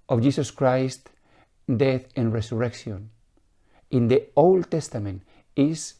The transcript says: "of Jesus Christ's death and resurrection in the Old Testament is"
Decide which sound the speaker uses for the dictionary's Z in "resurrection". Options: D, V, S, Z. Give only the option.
S